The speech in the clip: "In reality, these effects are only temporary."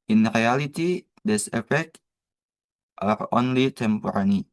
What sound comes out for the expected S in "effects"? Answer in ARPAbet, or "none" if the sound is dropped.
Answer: none